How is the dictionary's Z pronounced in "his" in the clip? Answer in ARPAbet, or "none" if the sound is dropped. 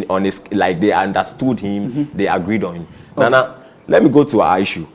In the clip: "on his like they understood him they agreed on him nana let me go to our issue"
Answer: S